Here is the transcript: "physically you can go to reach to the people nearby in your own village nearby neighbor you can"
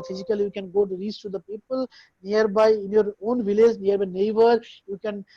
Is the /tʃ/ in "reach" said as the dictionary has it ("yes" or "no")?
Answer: no